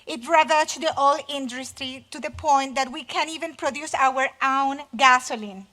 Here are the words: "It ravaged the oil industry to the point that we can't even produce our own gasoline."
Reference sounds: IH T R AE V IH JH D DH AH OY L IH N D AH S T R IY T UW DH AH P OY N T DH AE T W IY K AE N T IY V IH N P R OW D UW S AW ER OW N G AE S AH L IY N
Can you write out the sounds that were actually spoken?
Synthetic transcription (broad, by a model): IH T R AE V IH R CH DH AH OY L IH N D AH S T R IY T UW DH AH P OY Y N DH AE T W IY K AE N IY V IH N P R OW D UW S AW ER OW N G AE S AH L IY N